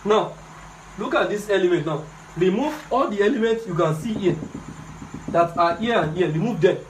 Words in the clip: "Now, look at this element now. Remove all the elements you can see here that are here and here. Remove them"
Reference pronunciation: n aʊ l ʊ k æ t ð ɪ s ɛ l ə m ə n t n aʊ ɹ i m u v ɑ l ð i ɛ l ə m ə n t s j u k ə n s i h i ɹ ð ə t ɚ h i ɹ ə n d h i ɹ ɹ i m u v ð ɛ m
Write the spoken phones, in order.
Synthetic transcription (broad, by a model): n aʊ l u k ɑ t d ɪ s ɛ l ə m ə n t n aʊ ɹ i m u v ɑ l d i ɛ l ə m ə n t s j u k ə n s i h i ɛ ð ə t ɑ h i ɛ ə n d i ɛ ɹ i m u v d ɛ